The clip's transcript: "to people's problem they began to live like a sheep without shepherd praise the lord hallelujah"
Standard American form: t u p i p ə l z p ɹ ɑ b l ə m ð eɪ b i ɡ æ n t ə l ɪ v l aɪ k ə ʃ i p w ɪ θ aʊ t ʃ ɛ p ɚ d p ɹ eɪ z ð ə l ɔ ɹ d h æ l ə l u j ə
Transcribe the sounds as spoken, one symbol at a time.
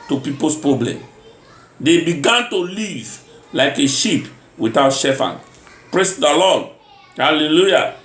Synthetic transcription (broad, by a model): t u p i p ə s p ɹ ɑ b l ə m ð eɪ b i ɡ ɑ n t ə l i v l aɪ k ə ʃ i p w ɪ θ aʊ t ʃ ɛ f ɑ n p ɹ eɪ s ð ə l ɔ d h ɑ l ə l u j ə